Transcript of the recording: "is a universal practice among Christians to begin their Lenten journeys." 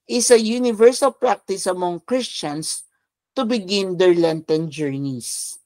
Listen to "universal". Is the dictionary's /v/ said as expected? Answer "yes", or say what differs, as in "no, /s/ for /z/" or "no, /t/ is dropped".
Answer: yes